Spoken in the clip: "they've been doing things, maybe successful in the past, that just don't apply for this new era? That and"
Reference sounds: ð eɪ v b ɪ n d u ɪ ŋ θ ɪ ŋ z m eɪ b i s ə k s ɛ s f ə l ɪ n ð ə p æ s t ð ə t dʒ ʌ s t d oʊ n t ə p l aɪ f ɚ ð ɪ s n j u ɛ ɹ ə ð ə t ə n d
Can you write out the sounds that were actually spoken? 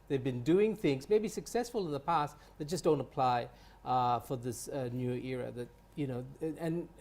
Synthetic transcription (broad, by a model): ð eɪ v b ɪ n d u ɪ ŋ θ ɪ ŋ z m eɪ b i s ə k s ɛ s f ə l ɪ n ð ə p æ s t ð ə t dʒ ʌ s d oʊ n t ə p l aɪ f ɚ ð ɪ s n j u ɛ ɹ ə ð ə t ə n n